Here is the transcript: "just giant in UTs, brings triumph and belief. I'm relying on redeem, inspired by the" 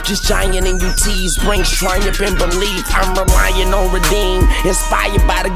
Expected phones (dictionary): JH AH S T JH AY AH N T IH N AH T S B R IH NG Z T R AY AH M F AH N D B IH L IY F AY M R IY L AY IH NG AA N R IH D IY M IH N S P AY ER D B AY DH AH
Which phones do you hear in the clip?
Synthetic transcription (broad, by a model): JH AH S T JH AY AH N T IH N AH T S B R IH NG S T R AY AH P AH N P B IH L IY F AY M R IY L AY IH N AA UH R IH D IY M IH N S P AY ER D B AY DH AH